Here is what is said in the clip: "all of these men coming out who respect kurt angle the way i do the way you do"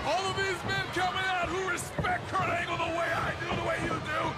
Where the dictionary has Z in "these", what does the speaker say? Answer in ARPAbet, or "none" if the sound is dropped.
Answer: Z